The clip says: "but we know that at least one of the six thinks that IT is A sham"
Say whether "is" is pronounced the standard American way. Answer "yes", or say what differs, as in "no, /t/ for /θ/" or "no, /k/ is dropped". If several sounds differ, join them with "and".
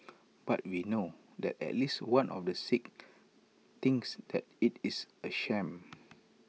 no, /s/ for /z/